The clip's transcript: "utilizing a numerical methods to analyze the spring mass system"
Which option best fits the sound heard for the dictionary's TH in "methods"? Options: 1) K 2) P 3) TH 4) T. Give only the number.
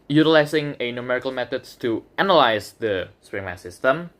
4